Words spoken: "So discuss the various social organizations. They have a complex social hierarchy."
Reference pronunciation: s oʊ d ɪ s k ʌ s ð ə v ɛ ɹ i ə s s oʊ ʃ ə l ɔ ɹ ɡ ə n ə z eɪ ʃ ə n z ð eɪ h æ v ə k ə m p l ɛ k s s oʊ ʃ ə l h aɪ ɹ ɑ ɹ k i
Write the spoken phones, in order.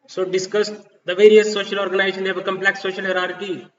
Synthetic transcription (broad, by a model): s oʊ d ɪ s k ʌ s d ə v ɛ ɹ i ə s s oʊ ʃ ə l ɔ ɹ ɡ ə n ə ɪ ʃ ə n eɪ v ə k ə m p l ɛ k s s oʊ ʃ ə l h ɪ ɹ ɑ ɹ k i